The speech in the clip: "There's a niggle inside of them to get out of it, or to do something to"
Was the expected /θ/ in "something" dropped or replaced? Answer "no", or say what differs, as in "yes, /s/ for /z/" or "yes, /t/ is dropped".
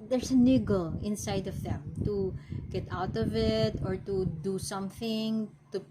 no